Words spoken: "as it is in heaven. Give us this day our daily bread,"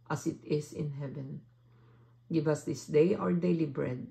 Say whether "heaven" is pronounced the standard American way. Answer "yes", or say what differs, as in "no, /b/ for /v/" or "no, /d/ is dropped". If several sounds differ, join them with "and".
yes